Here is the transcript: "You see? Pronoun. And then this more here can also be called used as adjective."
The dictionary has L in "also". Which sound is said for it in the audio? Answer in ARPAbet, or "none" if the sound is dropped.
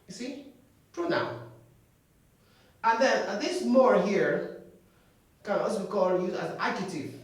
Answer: none